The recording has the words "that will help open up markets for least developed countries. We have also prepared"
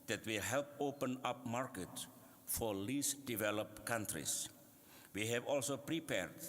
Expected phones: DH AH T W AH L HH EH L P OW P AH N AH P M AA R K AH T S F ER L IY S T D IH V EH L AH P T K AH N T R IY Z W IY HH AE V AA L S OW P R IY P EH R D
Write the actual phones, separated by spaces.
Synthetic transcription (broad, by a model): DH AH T W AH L HH EH L P OW P AH N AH P M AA R K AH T F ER L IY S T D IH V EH L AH P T K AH N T R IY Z W IY HH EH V AA L S OW P R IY P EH R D